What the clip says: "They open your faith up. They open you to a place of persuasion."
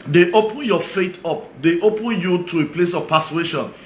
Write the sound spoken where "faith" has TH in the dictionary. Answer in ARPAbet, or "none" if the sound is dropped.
T